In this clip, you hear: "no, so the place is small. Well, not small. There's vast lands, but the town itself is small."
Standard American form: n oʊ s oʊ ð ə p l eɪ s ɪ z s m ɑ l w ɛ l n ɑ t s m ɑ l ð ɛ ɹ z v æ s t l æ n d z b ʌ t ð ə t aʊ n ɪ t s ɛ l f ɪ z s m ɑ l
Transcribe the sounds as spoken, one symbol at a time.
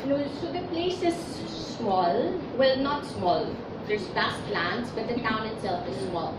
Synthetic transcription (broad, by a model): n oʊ s oʊ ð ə p l eɪ s ɪ z s m ɑ l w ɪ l n ɑ t s m ɑ l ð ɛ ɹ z b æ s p l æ n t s b ʌ t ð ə t aʊ n ɪ t s ɛ l f ɪ z s m ɑ l